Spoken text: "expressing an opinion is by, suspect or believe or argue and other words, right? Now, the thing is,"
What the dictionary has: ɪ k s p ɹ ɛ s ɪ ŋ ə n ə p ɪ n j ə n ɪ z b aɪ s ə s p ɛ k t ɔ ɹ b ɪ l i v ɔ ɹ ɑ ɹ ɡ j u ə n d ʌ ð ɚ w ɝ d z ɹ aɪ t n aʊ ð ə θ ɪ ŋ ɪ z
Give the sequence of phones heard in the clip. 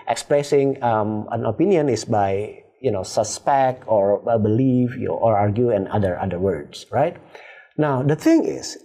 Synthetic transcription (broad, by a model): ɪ k s p ɹ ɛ s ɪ ŋ ə n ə p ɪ n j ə n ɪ s b aɪ s ə s p ɛ k t ɔ ɹ b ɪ l i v ɔ ɹ ɑ ɹ ɡ j u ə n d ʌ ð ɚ w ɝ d s ɹ aɪ t n aʊ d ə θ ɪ ŋ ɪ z